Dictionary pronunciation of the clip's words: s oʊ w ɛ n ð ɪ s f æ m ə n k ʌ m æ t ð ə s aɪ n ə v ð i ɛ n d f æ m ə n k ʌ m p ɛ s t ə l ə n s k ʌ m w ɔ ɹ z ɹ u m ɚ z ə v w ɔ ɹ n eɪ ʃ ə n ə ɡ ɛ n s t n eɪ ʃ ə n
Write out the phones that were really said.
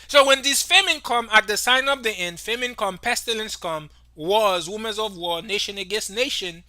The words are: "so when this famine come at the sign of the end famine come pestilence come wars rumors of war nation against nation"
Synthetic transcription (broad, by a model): s oʊ w ɛ n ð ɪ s f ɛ m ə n k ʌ m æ t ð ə s aɪ n ə v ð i ɛ n d f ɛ m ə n k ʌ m p ɛ s t ə l ə n s k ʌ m w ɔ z w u m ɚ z ə v w ɔ n eɪ ʃ ə n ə ɡ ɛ n s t n eɪ ʃ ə n